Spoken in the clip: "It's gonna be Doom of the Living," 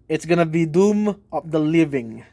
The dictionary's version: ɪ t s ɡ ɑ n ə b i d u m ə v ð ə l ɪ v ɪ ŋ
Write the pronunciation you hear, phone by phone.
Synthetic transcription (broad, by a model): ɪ t s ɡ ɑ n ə b i d u m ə p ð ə l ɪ v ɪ ŋ